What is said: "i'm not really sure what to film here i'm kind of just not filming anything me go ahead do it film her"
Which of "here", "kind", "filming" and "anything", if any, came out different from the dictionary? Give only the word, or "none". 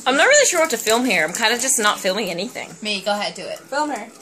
none